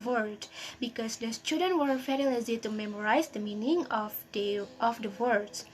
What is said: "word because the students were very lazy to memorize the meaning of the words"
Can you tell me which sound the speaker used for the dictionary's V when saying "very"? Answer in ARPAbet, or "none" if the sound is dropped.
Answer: F